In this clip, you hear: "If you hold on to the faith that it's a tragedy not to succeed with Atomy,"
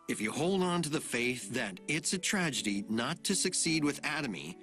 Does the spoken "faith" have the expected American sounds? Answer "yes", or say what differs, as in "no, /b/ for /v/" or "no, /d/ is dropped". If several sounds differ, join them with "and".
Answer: yes